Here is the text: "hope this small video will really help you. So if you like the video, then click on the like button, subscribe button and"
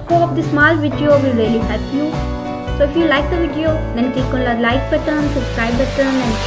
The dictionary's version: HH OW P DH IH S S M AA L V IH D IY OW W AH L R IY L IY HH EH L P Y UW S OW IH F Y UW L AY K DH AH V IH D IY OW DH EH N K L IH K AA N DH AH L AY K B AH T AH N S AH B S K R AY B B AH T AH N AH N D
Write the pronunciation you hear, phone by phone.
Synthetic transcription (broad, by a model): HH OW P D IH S S M AA L V IH D IY OW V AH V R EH L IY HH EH P Y UW S OW IH F Y UW L AY K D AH V IH D IY OW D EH N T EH K AA N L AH L AY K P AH T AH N S AH B S K R AY B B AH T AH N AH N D